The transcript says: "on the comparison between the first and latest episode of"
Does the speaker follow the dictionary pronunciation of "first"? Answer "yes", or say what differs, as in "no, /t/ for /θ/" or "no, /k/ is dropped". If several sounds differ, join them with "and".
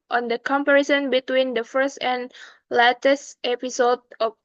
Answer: yes